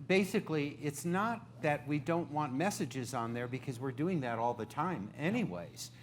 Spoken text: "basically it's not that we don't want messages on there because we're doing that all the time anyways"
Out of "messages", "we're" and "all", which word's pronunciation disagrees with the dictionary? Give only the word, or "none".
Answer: none